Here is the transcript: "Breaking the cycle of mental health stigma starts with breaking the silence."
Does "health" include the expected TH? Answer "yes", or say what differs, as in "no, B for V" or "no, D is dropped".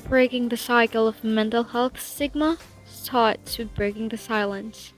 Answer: yes